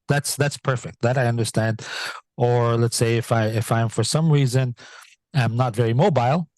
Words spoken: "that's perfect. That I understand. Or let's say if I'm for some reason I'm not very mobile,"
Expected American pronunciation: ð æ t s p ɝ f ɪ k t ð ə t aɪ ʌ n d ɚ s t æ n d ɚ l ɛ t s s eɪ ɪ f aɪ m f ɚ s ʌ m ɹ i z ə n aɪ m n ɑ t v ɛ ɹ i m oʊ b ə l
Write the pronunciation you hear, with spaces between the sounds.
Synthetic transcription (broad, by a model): ð æ t s p ɝ f ɪ k t ð ə t aɪ ʌ n d ɚ s t æ n d ɚ l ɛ t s s eɪ ɪ f aɪ m f ɚ s ʌ m ɹ i z ə n aɪ m n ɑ t v ɛ ɹ i m oʊ b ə l